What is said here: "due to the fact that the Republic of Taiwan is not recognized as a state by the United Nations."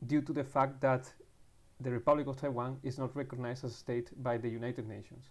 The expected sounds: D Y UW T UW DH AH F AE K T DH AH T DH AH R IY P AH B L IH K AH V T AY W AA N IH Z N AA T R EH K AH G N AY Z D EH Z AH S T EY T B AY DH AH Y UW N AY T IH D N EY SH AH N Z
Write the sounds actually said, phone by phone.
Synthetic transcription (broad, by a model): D Y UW T UW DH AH F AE K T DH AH T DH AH R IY P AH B L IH K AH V T AY W AA N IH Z N AA T R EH K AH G N AY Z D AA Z AH S T EY T B AY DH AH Y UW N AY T IH D N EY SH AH N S